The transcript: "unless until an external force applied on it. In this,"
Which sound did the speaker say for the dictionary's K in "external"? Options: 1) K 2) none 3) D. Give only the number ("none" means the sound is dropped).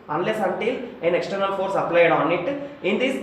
1